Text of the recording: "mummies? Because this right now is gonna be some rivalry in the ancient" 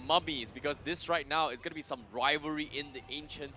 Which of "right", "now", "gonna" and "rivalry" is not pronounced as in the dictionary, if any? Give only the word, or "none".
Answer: rivalry